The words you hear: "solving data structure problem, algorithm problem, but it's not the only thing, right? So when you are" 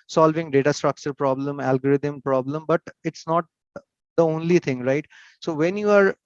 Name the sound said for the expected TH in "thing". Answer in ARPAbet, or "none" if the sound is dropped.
T